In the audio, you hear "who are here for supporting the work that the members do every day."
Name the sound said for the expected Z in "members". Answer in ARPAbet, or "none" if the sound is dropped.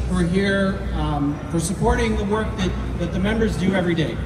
Z